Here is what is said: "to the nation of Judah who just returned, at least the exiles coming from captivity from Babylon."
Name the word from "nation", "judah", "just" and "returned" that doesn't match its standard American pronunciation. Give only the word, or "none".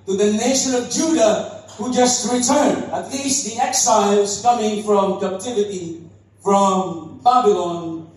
returned